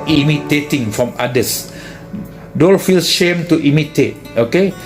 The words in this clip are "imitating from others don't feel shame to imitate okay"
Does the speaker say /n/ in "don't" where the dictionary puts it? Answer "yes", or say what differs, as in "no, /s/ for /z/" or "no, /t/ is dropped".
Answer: no, /l/ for /n/